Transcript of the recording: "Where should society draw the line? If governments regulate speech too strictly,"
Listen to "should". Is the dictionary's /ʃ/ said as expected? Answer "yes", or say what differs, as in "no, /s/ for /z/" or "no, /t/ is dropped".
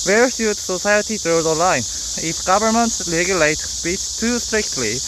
no, /s/ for /ʃ/